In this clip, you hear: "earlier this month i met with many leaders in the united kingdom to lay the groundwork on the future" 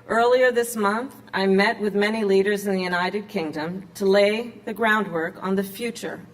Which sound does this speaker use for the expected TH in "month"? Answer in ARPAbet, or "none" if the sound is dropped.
TH